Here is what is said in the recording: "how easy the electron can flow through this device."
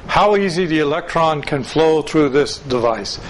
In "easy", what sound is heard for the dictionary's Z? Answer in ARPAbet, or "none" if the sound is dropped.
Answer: Z